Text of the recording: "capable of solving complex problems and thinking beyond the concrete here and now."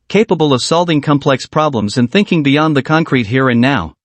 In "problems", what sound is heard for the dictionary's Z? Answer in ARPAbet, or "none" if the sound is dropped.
Z